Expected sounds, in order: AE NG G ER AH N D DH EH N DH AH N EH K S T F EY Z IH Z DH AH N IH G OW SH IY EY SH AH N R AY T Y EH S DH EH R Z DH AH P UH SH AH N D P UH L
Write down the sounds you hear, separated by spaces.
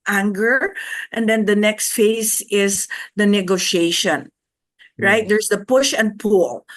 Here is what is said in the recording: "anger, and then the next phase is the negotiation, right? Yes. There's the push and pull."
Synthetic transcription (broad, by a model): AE NG G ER AH N D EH N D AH N EH K S T F EY S IH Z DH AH N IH G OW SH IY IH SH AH N R AY T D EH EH R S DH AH P UH SH AH N D P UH L